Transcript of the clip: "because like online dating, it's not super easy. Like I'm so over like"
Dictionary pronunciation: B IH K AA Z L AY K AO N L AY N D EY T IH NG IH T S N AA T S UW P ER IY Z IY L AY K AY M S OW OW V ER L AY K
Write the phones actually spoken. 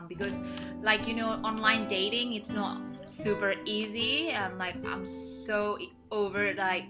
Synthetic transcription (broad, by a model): B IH K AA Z L AY K AO N L AY N D EY T IH NG IH T S N AA T S UW P ER IY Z IY L AY K AY M S OW OW V ER L AY K